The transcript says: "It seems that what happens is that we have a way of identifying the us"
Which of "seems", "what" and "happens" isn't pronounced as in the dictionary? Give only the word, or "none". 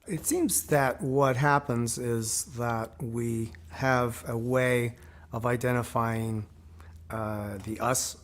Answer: none